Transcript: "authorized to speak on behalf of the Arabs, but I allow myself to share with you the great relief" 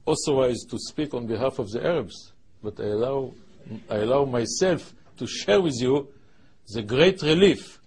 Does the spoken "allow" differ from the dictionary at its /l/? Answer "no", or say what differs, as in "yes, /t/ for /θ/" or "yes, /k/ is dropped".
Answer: no